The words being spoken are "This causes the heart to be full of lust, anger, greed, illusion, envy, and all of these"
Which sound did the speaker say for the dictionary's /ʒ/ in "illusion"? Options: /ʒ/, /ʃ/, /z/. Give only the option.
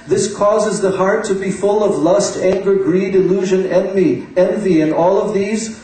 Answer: /ʒ/